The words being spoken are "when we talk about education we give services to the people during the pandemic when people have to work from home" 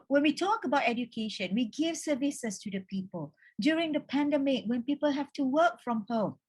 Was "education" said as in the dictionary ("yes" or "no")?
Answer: yes